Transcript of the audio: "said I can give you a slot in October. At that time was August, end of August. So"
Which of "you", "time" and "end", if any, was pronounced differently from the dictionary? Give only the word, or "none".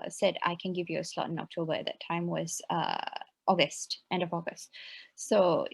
none